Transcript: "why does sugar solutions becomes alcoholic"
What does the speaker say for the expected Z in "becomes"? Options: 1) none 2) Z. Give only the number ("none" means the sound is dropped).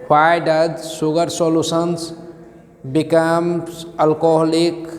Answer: 1